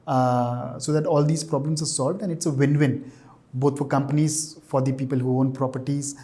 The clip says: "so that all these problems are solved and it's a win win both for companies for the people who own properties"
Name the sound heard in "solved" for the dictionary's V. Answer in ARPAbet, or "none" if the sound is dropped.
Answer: V